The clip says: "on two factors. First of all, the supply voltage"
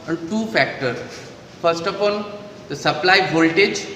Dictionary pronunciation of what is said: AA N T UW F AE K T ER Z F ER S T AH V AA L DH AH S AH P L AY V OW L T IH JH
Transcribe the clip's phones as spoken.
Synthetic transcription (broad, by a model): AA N T UW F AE K T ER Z F ER S T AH P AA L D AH S AH P L AY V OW L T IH JH